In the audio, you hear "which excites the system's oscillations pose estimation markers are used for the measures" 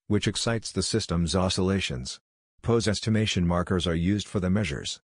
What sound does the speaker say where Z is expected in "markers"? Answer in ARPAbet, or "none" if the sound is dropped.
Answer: Z